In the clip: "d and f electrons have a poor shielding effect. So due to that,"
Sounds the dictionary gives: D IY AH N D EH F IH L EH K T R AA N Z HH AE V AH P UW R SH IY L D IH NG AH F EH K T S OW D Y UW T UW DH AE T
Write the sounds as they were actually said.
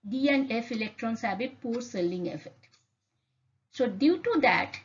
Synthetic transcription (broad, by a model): D IY AH N D EH F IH L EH K T R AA N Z HH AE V AH P UW R S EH L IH NG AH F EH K T S OW D Y UW T UW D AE T